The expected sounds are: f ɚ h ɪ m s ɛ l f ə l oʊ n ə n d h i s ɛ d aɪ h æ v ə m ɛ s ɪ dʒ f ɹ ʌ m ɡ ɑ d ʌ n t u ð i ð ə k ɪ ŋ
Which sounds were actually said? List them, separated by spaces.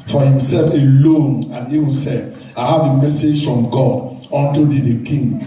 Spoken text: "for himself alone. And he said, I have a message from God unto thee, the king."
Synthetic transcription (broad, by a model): f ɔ h ɪ m s ɛ l f ə l oʊ n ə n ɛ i s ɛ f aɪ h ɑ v ə m ɛ s ɪ dʒ f ɹ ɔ m ɡ ɑ d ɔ n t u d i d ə k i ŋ